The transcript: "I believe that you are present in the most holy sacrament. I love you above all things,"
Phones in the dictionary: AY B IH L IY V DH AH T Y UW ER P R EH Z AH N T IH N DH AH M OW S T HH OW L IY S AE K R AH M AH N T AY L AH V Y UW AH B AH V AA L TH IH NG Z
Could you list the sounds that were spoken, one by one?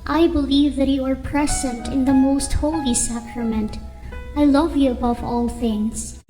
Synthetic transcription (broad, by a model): AY B IH L IY V DH AH T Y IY ER P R EH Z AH N T IH N DH AH M OW S T HH OW L IY S AE K R AH M AH N T AY L AH V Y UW AH B AH V AA L TH IH NG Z